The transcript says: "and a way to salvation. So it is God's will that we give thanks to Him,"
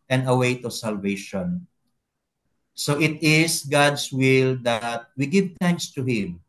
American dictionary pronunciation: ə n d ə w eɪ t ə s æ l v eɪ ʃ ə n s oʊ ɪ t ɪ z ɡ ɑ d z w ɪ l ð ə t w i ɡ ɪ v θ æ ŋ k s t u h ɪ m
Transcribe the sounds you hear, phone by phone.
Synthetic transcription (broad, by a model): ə n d ə w eɪ t ə s æ l v eɪ ʃ ə n s oʊ ɪ t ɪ s ɡ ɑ d s w ɪ l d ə t w i ɡ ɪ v t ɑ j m s t u h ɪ m